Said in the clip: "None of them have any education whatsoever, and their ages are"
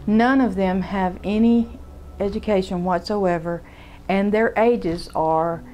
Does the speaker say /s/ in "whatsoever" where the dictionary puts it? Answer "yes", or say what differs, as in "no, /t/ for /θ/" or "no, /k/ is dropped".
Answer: yes